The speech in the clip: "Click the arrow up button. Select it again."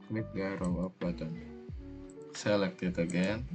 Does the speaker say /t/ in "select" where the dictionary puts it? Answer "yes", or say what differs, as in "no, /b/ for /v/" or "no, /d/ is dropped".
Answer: no, /t/ is dropped